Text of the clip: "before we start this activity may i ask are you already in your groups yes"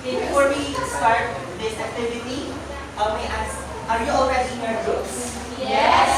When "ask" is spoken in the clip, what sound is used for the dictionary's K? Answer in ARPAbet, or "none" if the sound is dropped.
none